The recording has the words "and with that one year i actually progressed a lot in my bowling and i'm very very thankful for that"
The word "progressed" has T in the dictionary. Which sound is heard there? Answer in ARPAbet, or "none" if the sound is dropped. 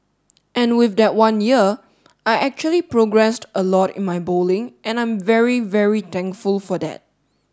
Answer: T